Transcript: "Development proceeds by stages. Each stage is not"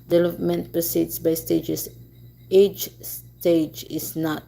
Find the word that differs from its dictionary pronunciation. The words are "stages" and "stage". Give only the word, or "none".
stages